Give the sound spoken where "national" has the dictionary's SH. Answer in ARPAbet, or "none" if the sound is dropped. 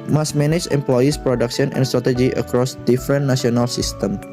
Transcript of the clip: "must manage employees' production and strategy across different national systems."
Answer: none